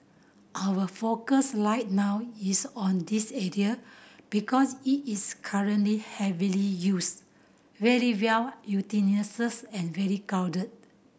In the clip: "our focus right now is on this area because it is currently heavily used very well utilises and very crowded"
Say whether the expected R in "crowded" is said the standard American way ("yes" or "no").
no